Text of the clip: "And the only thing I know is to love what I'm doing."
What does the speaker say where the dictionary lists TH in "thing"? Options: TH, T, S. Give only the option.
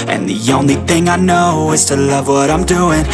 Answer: TH